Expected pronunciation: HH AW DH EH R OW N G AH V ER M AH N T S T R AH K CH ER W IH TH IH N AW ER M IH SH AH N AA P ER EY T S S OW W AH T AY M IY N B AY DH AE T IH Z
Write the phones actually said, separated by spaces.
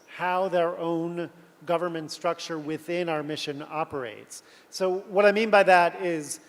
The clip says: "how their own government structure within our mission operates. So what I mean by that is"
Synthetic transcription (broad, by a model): HH AW DH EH R OW N G AH V ER M AH N T S T R AH K CH ER W IH TH IH N AW ER M IH SH AH N AA P ER EY T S S OW W AH T AY M IY N B AY DH AE T IH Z